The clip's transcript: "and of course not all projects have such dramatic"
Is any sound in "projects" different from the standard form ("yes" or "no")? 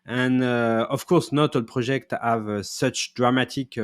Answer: yes